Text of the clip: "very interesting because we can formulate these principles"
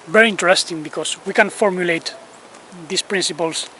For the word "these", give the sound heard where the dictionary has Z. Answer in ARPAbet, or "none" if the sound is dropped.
S